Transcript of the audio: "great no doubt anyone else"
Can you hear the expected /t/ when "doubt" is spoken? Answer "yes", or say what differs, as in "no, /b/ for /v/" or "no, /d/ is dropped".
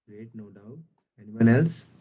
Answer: no, /t/ is dropped